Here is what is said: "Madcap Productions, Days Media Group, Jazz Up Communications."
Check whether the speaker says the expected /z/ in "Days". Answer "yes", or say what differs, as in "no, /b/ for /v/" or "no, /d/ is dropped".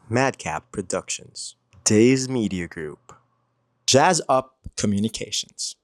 yes